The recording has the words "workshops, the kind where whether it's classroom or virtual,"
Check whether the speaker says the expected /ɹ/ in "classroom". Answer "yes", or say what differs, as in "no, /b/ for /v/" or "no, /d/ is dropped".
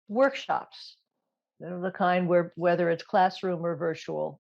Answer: yes